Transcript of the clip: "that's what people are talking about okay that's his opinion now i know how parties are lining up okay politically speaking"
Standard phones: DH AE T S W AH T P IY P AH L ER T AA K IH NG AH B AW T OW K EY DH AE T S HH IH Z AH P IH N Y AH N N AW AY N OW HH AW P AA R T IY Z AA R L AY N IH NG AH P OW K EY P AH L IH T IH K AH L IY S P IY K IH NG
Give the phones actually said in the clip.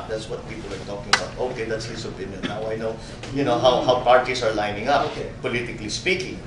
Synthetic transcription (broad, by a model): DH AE T S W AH T P IY P AH L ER T AA K IH NG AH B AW T OW K EY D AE T S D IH S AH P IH N Y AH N N AW AY N OW HH AW P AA R T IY S AA R L AY N IH NG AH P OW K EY P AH L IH T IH K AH L IY S P IY K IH NG